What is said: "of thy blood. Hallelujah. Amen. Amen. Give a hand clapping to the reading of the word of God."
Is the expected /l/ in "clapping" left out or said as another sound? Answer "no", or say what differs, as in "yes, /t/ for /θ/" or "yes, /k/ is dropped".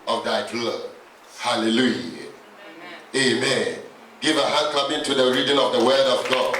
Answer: yes, /l/ is dropped